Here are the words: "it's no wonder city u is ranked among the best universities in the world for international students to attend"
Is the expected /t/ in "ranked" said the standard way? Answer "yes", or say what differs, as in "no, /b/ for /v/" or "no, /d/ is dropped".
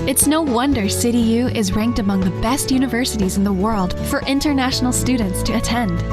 yes